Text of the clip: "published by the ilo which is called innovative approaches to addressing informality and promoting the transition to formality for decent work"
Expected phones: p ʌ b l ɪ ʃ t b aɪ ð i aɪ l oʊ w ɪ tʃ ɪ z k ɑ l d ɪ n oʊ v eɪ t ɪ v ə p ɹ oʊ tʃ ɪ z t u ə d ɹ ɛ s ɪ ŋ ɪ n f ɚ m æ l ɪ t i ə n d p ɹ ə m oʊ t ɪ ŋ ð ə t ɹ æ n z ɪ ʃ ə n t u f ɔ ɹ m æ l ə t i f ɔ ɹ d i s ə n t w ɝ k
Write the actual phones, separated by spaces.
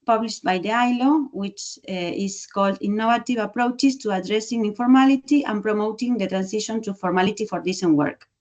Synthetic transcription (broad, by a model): p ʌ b l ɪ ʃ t b aɪ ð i aɪ l oʊ w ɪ tʃ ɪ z k ɑ l d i n oʊ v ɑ t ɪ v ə p ɹ oʊ tʃ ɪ s t u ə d ɹ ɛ s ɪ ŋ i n f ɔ m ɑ l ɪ t i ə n p ɹ ə m oʊ t ɪ ŋ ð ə t ɹ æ n s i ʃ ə n t u f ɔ ɹ m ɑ l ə t i f ɔ ɹ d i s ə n w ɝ k